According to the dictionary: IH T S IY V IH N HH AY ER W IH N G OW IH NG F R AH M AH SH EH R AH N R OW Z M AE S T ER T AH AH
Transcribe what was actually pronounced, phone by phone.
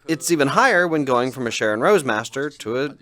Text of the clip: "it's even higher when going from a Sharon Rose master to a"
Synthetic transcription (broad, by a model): IH T S IY V IH N HH AY ER W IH N G OW IH NG F R AH M AH SH EH R AH N R OW Z M AE S T ER T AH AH